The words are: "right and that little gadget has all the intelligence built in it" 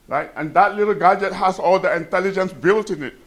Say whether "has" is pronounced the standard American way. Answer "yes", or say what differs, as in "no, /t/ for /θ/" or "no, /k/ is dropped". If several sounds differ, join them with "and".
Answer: no, /s/ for /z/